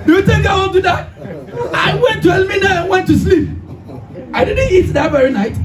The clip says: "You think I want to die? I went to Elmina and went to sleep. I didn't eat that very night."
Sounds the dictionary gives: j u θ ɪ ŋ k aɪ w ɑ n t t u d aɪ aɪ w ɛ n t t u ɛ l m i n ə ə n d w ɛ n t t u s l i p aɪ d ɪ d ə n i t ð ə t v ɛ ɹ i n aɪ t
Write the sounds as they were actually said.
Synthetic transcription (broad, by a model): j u t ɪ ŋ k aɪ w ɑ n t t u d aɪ aɪ w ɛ n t t u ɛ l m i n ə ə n w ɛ n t t u s l i p aɪ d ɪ d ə n i t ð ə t v ɛ ɹ i n aɪ t